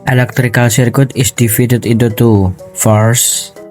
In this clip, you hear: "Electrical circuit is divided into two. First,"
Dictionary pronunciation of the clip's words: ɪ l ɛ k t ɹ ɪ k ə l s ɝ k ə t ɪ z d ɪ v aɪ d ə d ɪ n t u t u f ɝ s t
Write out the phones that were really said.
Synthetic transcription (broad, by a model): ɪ l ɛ k t ɹ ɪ k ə l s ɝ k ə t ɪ s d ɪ f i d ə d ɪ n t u t u f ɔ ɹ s